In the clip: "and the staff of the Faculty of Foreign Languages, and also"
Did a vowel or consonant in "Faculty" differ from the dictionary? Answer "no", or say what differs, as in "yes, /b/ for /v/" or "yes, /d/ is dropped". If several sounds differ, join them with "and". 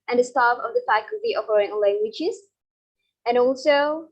no